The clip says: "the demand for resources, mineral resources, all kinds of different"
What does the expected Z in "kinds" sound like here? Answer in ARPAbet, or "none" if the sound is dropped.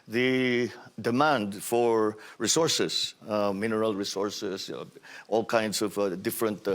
S